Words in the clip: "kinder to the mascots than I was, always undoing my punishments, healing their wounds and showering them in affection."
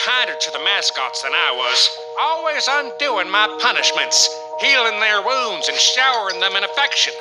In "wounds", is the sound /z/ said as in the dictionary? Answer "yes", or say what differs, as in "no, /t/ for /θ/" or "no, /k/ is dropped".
yes